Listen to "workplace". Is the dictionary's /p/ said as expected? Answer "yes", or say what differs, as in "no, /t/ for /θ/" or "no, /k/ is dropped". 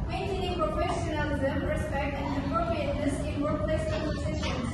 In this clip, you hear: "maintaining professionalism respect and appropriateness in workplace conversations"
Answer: no, /p/ is dropped